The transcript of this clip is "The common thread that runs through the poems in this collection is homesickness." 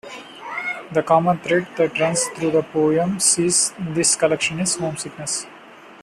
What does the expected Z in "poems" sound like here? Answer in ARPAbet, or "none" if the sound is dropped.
S